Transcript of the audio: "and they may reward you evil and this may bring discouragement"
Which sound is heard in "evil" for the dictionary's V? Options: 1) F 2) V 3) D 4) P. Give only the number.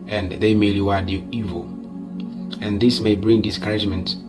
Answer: 2